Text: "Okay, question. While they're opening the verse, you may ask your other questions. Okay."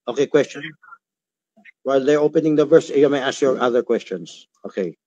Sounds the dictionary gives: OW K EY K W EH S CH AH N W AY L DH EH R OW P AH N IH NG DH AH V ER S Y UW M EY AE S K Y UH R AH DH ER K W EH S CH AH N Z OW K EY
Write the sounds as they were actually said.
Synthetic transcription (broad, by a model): OW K EY K W EH S CH AH N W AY L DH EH R OW P AH N IH NG DH AH V ER S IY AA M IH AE S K Y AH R AH DH ER K W EH S CH AH N Z OW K EY